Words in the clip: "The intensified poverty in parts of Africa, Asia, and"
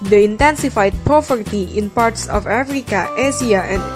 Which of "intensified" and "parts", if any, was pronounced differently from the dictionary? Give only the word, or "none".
none